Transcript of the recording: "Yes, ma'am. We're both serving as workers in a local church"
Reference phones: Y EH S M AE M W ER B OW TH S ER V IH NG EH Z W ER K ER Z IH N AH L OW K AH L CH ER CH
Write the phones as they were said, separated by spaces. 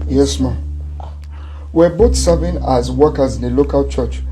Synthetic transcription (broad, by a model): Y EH S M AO W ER B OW T S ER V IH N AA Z W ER K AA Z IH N AH L OW K AH L CH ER CH